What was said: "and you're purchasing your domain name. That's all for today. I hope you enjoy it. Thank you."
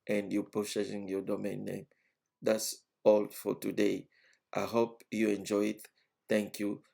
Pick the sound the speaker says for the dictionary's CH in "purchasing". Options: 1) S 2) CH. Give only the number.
1